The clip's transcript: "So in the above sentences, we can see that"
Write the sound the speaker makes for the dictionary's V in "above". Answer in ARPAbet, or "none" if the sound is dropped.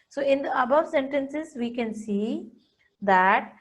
V